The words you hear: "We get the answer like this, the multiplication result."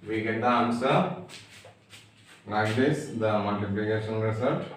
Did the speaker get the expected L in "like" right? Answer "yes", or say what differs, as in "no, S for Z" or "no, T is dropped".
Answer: no, N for L